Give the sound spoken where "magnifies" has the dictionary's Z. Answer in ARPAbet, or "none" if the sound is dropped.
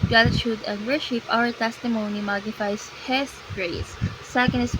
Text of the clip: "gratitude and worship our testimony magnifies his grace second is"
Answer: S